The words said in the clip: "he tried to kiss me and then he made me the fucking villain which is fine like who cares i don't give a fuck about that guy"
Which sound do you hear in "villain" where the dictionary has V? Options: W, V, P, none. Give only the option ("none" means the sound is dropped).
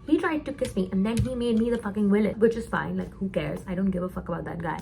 W